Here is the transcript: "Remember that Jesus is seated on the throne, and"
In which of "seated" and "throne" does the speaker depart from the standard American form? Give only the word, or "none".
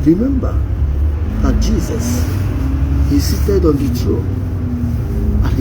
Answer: throne